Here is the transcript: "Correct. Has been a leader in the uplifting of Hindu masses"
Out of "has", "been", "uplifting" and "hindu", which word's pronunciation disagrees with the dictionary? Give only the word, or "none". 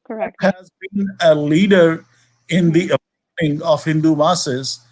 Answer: uplifting